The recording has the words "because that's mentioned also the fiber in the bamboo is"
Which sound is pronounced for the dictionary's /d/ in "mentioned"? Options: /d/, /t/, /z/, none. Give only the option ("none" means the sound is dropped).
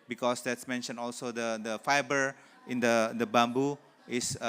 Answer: none